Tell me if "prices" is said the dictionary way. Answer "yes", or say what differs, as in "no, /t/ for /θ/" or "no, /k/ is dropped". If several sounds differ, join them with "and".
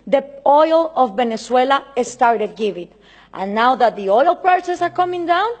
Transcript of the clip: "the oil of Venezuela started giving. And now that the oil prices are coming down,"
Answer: no, /s/ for /z/